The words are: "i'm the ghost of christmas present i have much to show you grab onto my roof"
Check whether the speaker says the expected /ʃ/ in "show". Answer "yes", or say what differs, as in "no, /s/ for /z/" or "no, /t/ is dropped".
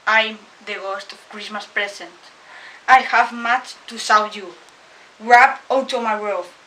no, /s/ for /ʃ/